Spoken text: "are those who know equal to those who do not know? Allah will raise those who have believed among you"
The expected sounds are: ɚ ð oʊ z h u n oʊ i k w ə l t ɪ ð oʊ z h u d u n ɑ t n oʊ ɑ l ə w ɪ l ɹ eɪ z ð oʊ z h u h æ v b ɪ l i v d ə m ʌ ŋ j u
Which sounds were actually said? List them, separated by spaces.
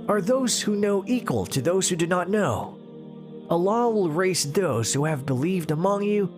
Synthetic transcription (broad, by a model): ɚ ð oʊ z h u n oʊ i k w ə l t ɪ ð oʊ z h u d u n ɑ t n oʊ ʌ l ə w ɪ l ɹ eɪ s ð oʊ z h u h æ v b ɪ l i v d ə m ʌ ŋ j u